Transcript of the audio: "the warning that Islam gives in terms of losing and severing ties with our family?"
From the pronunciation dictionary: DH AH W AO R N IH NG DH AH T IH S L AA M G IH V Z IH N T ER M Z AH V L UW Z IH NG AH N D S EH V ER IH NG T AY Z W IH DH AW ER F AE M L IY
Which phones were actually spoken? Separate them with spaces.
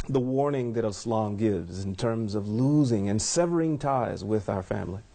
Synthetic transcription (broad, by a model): DH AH W AO R N IH NG DH AH T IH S L AA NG G IH V Z IH N T ER M Z AH V L UW Z IH NG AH N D S EH V ER IH NG T AY Z W IH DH AW ER F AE M L IY